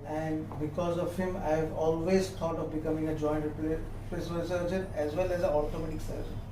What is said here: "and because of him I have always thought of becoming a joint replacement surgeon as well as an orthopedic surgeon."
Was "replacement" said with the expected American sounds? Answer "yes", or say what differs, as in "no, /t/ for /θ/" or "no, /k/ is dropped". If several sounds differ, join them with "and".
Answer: no, /m/ is dropped and /l/ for /n/